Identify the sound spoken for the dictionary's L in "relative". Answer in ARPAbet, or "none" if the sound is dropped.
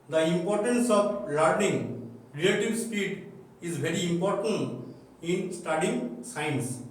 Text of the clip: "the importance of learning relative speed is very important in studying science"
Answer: none